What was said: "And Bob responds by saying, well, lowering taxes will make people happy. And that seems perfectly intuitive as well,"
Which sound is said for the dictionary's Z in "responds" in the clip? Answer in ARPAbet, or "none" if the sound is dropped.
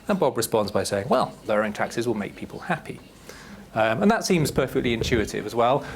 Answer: Z